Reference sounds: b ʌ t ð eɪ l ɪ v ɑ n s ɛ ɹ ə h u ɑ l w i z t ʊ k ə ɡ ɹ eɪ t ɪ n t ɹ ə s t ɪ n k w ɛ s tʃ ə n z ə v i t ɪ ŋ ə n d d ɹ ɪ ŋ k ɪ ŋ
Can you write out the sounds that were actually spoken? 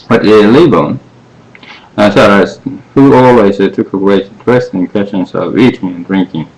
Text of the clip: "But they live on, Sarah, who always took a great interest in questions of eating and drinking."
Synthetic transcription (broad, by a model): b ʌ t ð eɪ l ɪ b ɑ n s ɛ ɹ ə h u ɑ l w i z t ʊ k ə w eɪ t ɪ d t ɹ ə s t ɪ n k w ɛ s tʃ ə n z ə v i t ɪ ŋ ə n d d ɹ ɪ ŋ k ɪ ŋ